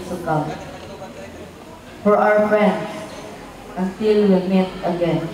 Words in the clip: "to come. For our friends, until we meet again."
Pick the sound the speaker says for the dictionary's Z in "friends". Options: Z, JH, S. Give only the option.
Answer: S